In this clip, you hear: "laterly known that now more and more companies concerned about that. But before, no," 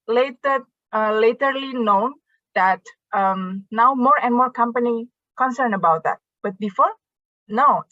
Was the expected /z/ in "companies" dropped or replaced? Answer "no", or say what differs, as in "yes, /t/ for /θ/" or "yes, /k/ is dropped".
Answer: yes, /z/ is dropped